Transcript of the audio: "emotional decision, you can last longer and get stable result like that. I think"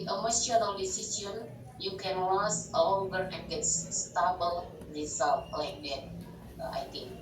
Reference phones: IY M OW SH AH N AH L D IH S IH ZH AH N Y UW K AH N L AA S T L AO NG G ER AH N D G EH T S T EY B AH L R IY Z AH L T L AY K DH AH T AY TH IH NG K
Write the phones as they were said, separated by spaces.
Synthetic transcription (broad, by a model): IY M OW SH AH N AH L D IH S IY S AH N Y UW K AH N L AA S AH L AO NG G ER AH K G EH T S T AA B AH L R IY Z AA L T L AY K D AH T AY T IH NG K